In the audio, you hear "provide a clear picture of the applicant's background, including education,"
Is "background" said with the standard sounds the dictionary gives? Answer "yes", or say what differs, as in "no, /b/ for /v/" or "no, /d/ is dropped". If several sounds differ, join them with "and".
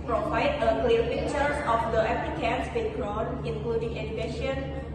no, /d/ is dropped